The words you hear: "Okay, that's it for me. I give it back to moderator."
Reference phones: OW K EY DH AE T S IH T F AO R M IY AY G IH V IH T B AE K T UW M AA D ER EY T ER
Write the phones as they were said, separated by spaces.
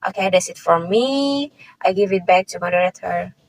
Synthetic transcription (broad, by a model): OW K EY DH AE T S IH T F AO R M IY AY G IH V IH T B AE K T UW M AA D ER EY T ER